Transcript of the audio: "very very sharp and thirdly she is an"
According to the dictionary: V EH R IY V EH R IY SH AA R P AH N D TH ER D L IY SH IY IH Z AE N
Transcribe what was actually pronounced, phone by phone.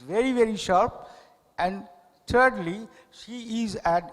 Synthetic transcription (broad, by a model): V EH R IY V EH R IY SH AA R P AH N D T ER D L IY SH IY IH Z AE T